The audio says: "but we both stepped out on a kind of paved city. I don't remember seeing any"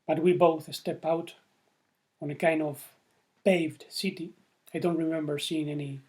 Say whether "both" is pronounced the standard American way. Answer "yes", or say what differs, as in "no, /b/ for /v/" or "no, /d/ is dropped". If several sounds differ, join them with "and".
yes